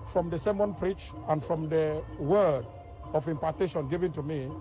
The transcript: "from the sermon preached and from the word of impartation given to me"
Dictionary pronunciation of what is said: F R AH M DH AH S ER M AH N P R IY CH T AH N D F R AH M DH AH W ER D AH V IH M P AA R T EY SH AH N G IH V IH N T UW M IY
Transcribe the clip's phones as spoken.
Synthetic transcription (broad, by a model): F R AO M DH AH S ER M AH N P R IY CH AH N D F R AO M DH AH W ER D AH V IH M P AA T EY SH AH N G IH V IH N T UW M IY